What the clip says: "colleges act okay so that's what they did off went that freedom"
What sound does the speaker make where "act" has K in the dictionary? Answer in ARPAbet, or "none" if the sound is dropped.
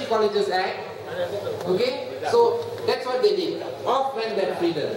none